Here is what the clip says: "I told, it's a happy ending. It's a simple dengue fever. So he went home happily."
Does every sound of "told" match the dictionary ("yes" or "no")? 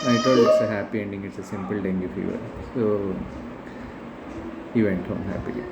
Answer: no